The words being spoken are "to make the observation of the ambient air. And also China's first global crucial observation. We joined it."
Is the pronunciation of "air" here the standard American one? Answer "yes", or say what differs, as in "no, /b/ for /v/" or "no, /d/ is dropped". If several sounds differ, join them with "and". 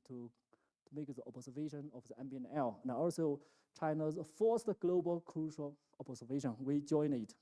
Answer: no, /l/ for /ɹ/